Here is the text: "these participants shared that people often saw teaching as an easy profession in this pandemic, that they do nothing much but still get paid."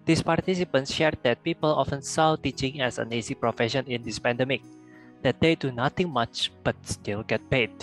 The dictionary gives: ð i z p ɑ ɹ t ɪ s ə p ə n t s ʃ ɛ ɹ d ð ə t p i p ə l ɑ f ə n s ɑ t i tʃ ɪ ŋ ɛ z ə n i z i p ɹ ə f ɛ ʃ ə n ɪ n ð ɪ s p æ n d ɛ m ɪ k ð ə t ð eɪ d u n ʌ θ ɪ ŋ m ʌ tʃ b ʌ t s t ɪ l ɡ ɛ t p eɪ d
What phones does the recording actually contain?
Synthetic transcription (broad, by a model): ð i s p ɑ ɹ t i s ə p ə n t s ʃ ɛ ɹ d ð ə t p i p ə l ɑ f ə n s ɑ t i tʃ ɪ ŋ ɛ s ə n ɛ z i p ɹ ə f ɛ ʃ ə n ɪ n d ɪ s p æ n d ɛ m ɪ k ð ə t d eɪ d u n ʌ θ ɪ ŋ m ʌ tʃ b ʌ t s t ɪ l ɡ ɛ t p eɪ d